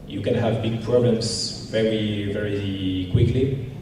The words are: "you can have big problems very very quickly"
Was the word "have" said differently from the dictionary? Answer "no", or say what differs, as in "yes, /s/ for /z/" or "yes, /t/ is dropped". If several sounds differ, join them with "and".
no